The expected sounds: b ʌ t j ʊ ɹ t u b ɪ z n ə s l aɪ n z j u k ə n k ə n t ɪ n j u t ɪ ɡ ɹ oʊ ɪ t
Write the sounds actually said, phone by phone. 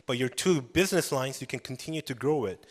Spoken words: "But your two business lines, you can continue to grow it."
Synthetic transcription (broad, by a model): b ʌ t j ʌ ɹ t u b ɪ z n ə s l aɪ n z j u k ə n k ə n t ɪ n j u t ɪ ɡ ɹ oʊ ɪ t